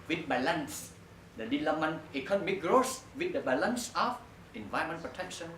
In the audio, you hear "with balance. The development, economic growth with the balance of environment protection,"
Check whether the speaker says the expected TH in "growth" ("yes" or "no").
no